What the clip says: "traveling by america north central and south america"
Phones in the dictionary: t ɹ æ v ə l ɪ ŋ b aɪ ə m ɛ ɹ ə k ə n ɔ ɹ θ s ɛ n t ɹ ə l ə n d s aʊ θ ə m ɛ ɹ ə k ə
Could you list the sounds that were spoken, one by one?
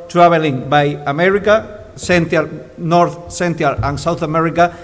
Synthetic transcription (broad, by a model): t ɹ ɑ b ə l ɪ ŋ b aɪ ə m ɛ ɹ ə k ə n ɔ ɹ θ s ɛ n t ə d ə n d s aʊ θ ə m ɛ ɹ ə k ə